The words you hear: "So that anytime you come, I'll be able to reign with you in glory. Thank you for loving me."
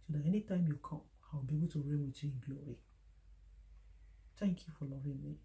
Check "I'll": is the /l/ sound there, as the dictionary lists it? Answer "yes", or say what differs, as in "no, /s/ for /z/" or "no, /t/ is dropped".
no, /w/ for /l/